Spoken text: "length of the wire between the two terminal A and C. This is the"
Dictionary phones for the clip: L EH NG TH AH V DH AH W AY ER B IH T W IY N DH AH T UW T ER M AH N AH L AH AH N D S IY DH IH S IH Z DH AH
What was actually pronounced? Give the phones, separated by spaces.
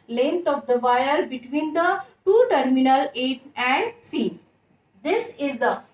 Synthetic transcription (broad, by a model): L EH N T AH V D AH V AY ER B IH T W IY N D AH T UW T ER M AH N AH L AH AH N D S IY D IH S IH Z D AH